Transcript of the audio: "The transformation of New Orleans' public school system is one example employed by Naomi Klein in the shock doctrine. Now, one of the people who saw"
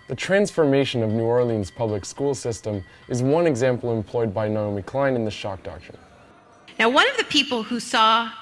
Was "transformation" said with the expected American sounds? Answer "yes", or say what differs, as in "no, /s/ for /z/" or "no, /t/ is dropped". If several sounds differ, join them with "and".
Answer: yes